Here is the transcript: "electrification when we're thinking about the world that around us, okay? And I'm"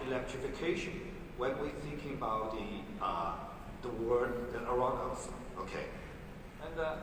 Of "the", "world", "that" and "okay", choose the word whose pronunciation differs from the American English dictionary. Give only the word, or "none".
world